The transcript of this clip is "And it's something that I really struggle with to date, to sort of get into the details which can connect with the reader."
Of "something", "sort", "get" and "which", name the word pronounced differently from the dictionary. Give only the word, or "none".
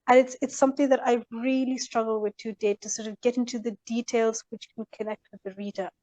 none